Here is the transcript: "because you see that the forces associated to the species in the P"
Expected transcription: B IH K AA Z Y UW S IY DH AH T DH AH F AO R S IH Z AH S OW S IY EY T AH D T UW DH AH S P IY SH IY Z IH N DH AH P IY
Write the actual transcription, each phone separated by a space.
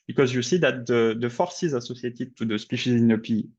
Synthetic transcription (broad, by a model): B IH K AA Z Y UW S IY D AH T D AH F AO R S IH Z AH S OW S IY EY T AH T UW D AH S P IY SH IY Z IH N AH P IY